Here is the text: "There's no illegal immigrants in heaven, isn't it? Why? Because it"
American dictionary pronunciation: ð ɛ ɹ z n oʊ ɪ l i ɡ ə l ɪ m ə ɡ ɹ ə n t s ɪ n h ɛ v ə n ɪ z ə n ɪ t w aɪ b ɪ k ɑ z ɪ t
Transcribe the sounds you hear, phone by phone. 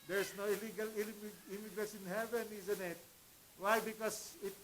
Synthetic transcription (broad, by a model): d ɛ ɹ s n oʊ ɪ l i ɡ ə l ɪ m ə ɡ ɹ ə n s ɪ n h ɛ v ə n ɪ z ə n ɪ t w aɪ b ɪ k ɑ s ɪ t